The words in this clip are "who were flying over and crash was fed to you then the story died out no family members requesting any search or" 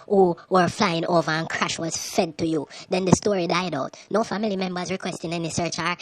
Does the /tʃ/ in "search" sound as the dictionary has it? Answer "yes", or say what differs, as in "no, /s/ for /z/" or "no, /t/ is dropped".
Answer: yes